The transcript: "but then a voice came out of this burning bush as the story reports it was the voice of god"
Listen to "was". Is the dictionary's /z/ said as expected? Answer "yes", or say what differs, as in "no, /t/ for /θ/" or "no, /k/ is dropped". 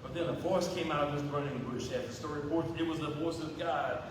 yes